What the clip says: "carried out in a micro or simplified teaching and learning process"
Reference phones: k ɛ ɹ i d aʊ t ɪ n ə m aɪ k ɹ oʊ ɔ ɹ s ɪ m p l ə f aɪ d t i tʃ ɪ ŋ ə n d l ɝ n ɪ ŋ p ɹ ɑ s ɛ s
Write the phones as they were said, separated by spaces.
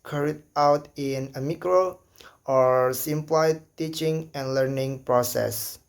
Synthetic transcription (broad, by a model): k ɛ ɹ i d aʊ t ɪ n ə m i k ɹ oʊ ɔ ɹ s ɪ m p l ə ɪ t i tʃ ɪ ŋ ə n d l ɝ n ɪ ŋ p ɹ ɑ s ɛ s